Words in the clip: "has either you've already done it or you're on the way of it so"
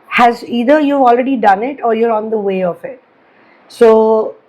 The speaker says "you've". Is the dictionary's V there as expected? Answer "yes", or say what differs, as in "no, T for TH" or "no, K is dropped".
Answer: no, V is dropped